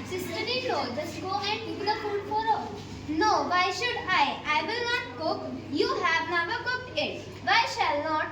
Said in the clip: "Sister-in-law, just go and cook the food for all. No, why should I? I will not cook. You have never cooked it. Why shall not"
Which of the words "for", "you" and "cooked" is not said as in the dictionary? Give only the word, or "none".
none